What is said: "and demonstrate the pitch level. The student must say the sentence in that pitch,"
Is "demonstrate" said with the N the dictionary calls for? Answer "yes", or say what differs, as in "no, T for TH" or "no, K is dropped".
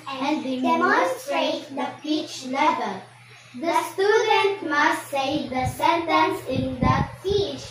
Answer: no, N is dropped